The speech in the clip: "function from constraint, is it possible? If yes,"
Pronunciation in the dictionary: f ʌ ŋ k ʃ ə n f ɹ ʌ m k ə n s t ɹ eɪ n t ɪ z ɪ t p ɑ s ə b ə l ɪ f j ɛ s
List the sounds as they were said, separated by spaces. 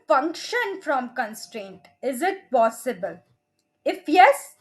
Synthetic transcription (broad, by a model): f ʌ ŋ k ʃ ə n f ɹ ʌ m k ə n s t ɹ eɪ n t ɪ z ɪ t p ɑ s ə b ə l ɪ f j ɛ s